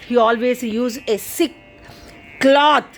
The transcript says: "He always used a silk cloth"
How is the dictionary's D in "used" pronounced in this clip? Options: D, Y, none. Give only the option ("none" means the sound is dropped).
none